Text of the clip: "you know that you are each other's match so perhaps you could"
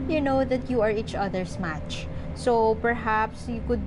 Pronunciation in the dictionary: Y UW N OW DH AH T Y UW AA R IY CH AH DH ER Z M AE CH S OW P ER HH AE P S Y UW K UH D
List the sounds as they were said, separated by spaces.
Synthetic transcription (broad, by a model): Y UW N OW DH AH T Y UW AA R IY CH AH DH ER S M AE CH S OW P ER HH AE P S Y UW K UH D